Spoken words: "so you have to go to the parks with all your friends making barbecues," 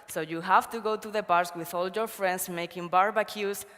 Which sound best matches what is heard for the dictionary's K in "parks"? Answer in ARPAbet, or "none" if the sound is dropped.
none